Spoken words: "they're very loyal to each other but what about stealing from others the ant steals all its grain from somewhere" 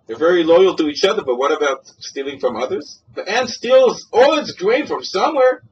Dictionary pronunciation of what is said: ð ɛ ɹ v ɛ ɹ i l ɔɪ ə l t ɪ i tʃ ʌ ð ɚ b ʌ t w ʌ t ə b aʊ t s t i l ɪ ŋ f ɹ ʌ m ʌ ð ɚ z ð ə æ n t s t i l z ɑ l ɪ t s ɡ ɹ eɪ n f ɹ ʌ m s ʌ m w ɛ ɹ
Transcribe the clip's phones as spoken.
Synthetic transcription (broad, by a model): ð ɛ ɹ v ɛ ɹ i l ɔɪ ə l t ɪ i tʃ ʌ ð ɚ b ʌ t w ʌ t ə b aʊ t s t i l ɪ ŋ f ɹ ʌ m ʌ ð ɚ z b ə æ n s t i l z ɑ l ɪ t s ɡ ɹ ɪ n f ɹ ʌ m s ʌ m w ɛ ɹ